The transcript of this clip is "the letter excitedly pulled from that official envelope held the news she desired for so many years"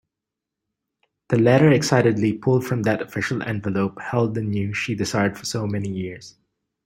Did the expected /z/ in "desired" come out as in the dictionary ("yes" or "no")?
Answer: no